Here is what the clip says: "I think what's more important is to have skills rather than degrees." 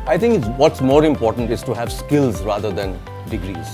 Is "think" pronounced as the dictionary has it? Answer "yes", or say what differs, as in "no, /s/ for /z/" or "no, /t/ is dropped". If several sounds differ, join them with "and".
no, /t/ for /θ/